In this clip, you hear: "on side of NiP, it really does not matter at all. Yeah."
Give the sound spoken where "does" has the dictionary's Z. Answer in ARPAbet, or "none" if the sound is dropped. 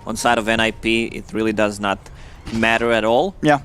Z